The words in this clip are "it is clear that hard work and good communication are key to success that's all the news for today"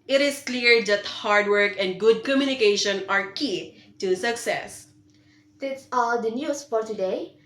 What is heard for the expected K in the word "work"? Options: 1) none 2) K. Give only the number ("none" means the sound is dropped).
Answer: 2